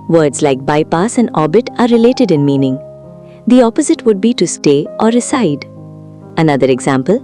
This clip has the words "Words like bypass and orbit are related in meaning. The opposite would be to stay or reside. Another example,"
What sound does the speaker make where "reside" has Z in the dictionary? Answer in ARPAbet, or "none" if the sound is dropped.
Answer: S